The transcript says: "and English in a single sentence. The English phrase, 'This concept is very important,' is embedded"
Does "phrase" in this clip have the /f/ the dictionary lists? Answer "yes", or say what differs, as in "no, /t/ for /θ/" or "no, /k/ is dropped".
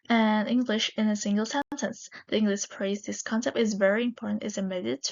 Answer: no, /p/ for /f/